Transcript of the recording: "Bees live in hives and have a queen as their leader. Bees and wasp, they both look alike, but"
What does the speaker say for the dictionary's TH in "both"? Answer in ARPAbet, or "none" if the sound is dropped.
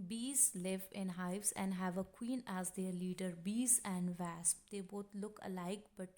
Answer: T